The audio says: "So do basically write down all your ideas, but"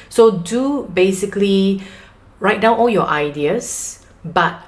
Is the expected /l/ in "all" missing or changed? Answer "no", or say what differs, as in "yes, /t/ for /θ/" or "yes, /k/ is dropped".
no